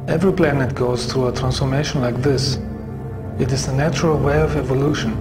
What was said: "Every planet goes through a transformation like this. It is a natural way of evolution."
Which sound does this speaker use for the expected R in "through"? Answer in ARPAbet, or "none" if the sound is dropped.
R